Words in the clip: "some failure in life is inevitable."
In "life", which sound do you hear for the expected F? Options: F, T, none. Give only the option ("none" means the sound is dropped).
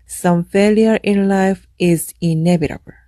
F